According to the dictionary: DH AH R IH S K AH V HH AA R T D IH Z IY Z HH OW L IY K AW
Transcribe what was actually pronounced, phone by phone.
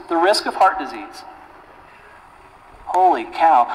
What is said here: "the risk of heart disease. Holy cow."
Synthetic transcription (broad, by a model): DH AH R IH S K AH V HH AA R T D IH Z IY Z HH OW L IY K AW